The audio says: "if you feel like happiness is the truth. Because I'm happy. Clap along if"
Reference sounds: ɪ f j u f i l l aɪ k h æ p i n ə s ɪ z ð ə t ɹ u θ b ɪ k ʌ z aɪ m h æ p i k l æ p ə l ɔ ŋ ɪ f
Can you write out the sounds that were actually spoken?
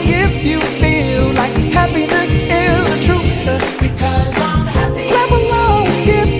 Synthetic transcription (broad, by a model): ɪ f j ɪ f i l l aɪ k h æ p i n ə s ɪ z ð ə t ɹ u s b ɪ k ʌ z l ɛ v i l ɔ ə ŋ ɪ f